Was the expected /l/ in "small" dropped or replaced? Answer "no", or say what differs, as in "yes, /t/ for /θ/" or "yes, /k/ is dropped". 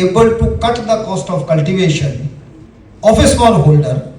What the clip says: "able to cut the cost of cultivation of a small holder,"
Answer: yes, /n/ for /l/